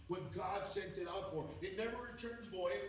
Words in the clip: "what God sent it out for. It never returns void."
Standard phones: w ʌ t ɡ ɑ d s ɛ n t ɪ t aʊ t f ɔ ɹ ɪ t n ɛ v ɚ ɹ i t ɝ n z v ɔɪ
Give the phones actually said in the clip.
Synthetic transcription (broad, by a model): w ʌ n ɡ ɑ d s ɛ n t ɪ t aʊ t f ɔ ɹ ɪ t n ɛ v ɚ ɹ i t ɝ n z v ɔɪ